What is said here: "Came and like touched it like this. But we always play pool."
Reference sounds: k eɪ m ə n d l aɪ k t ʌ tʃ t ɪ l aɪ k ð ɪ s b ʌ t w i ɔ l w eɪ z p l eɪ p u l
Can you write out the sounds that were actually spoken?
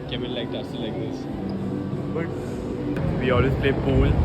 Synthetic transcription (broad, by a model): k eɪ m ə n l aɪ k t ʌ s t ɪ l aɪ k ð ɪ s b ʌ t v i ɔ l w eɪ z p l eɪ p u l